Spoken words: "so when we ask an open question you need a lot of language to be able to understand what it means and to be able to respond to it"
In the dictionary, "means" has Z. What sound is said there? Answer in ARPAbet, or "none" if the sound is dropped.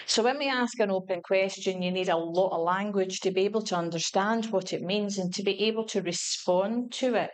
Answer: Z